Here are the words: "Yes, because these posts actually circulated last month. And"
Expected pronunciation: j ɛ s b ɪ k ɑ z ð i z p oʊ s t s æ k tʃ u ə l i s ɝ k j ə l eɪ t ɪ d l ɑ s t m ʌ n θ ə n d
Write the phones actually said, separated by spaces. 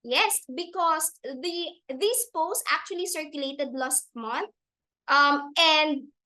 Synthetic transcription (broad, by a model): j ɛ s b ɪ k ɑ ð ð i s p oʊ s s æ k tʃ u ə l i s ɝ k j ə l eɪ t ɪ d l ɑ s t m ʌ n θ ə n d